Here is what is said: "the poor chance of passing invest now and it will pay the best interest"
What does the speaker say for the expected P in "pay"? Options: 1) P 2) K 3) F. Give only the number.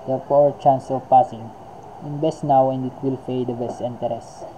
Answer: 3